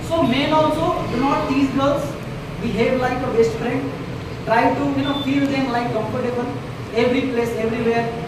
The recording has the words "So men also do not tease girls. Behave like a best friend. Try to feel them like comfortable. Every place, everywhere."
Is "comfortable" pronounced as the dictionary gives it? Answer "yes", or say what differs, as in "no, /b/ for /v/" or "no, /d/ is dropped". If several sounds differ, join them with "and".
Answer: no, /n/ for /l/